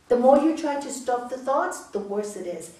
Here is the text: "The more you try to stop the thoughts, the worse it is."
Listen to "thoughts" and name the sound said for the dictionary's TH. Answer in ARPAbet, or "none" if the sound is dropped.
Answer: TH